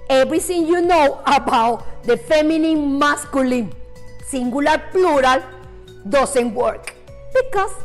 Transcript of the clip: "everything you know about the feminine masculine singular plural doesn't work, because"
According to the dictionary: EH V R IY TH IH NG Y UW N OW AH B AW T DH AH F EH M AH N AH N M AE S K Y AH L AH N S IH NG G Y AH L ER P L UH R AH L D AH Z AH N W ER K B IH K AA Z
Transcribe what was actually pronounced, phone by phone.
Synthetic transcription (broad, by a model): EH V R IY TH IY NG Y UW N OW AH B AW T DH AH F EH M AH N AH N M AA S K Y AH L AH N S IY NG G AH L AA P L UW R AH L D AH S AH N W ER K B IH K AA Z